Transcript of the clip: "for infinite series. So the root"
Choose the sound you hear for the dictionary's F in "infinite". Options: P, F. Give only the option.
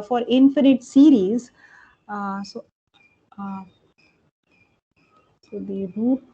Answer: F